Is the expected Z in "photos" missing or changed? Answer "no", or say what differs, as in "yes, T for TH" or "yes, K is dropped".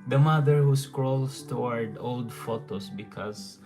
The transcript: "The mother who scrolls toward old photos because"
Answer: yes, S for Z